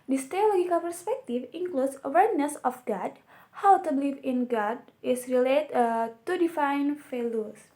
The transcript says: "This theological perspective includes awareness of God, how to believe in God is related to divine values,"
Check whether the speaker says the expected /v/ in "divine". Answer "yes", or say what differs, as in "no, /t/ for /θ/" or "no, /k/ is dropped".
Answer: no, /f/ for /v/